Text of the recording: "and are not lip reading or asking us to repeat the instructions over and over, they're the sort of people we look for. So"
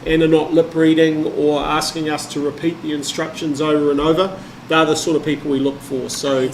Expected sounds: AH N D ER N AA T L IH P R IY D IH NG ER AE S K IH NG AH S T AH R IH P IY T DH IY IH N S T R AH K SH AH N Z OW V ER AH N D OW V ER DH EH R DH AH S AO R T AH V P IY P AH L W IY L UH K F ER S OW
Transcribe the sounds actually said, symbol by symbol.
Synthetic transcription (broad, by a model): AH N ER N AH T L IH P R IY D IH NG ER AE S K IH NG AH S T AH R IH P IY T DH IY IH N S T R AH K SH AH N Z OW V ER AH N OW V ER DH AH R DH AH S AO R T AH V P IY P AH L W IY L UH K F ER S OW